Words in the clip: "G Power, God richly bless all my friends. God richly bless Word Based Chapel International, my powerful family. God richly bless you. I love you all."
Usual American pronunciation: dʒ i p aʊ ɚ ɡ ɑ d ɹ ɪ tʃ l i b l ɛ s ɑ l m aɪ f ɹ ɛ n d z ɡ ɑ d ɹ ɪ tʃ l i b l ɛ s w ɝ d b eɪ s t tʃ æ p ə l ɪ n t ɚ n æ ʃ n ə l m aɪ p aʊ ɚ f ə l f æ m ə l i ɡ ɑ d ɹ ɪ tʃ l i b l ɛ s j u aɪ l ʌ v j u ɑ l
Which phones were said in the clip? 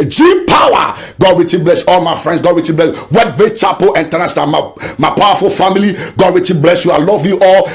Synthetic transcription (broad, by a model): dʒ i p aʊ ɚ ɡ ɑ d w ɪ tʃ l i b l ɛ s ɑ l m aɪ f ɹ ɛ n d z ɡ ɑ d w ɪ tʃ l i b l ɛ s w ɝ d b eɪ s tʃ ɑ p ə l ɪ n t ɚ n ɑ s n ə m m aɪ p aʊ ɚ f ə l f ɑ m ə l i ɡ ɑ d w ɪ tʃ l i b l ɛ s j u aɪ l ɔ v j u ɑ l